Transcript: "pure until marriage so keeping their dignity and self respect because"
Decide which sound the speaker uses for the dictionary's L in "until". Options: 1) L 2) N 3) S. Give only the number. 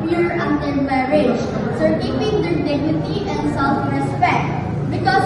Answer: 2